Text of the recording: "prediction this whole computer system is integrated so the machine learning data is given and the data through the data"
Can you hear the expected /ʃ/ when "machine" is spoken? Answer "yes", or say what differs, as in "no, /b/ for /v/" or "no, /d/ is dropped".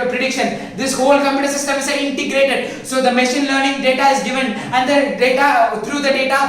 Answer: yes